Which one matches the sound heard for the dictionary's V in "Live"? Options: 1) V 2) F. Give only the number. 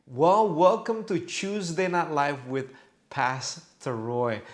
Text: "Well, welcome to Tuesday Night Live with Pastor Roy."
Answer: 2